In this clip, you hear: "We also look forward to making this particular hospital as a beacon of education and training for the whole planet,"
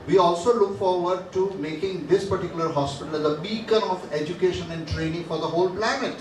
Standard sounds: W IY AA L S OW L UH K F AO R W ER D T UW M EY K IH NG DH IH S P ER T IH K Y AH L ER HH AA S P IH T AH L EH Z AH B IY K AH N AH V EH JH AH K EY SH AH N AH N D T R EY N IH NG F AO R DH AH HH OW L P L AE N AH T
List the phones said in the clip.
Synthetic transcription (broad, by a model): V IY AA L S OW L UH K F AO R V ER D T UW M EY K IH NG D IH S P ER T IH K Y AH L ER HH AA S P IH T AH L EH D AH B IY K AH N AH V EH JH AH K EY SH AH N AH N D T R EY N IH NG F AO R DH AH HH OW L P L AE N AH T